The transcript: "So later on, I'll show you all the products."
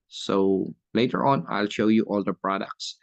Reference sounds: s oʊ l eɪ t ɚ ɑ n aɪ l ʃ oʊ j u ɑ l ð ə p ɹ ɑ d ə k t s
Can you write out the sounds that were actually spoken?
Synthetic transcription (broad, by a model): s oʊ l eɪ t ɚ ɑ n aɪ l ʃ oʊ j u ɑ l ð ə p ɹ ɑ d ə k t s